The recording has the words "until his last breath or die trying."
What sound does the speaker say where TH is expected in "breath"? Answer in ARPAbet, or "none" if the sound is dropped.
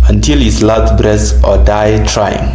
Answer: S